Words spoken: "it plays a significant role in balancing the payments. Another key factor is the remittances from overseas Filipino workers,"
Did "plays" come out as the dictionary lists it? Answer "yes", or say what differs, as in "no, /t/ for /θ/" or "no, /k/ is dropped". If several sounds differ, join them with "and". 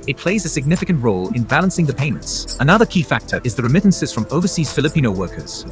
yes